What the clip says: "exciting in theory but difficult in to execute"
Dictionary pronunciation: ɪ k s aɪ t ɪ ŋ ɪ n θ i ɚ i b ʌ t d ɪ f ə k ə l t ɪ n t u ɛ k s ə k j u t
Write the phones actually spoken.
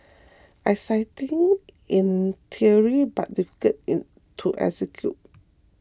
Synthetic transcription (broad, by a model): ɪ s aɪ t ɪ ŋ ɪ n t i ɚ i b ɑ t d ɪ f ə k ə t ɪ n t u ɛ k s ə k j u t